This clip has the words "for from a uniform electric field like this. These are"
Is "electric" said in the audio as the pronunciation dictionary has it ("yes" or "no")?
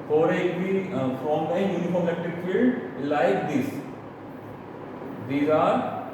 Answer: no